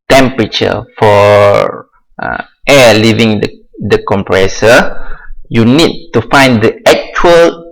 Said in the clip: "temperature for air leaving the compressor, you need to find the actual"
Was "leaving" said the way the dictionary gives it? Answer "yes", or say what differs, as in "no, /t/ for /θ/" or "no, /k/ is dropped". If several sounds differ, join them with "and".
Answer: yes